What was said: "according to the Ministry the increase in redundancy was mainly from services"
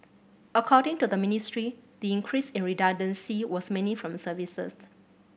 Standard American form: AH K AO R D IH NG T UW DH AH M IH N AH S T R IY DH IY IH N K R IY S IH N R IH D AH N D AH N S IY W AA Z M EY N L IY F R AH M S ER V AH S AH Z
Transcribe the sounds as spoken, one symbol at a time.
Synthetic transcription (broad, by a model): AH K AO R D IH NG T UW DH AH M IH N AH S T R IY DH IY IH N K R IY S IH N R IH D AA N D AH N S IY W AA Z M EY N IY F R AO M S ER V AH S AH S